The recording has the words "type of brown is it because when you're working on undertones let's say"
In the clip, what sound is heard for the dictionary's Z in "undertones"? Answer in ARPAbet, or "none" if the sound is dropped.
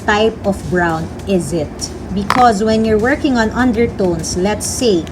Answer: S